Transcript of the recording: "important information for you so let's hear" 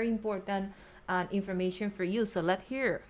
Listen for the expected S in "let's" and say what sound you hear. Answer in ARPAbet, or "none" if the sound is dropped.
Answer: none